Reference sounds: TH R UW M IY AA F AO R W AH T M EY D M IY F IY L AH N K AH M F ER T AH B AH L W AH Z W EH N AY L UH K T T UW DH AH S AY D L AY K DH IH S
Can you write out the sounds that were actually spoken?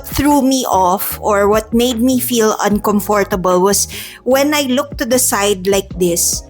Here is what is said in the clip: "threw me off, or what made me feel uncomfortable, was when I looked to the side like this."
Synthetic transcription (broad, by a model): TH R UW M IY AA F AO R W AH T M EY D M IY F IY L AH N K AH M F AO T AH B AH L W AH S W EH N AY L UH K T T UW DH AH S AY D L AY K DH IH S